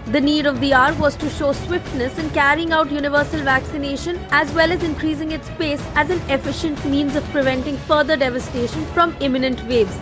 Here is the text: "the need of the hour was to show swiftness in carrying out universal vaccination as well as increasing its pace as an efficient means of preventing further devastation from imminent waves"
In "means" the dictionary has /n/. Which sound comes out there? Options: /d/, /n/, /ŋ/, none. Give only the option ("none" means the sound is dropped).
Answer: /n/